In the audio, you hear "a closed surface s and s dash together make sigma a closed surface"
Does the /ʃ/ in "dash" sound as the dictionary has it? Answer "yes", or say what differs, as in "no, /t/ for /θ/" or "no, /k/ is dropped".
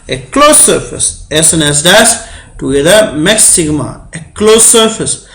no, /s/ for /ʃ/